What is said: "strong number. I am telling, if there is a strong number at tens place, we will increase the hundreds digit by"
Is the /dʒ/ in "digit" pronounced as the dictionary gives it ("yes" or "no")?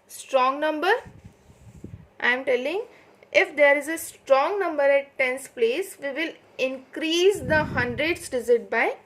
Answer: no